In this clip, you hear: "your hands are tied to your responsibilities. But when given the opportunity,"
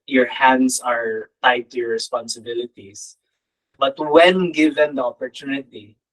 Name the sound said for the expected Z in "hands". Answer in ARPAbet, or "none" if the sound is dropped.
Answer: S